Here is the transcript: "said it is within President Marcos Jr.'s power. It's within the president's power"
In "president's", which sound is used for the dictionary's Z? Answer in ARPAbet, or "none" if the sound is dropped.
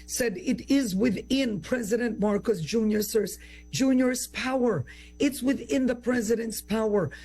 Z